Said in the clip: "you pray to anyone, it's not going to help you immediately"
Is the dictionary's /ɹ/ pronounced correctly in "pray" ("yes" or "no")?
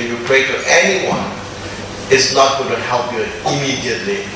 yes